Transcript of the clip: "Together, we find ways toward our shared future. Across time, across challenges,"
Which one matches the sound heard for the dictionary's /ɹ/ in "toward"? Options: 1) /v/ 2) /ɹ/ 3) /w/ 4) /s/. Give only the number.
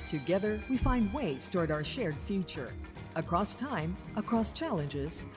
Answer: 2